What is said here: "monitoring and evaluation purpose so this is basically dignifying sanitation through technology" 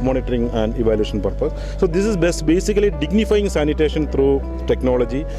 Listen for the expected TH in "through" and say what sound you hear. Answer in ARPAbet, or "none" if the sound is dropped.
T